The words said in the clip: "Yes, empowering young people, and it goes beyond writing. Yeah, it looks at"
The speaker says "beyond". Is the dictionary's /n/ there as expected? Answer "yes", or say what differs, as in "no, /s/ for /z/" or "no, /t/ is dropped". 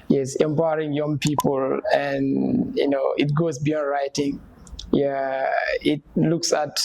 yes